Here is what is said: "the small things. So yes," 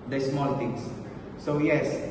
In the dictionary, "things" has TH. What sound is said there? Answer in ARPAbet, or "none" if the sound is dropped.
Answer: T